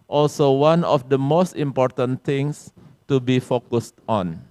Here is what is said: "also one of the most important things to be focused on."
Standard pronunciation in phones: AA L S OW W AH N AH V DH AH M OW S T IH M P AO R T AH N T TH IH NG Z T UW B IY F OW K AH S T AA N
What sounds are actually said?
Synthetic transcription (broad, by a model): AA L S OW W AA N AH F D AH M OW S T IH M P AO R T AH N T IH NG S T UW B IY F OW K AH S T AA N